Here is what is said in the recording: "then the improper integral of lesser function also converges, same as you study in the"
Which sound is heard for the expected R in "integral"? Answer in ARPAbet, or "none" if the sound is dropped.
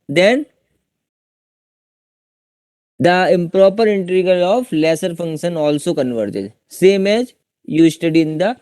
none